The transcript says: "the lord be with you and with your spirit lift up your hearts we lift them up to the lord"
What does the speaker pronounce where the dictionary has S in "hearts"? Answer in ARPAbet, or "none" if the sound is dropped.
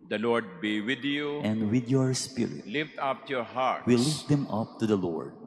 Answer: none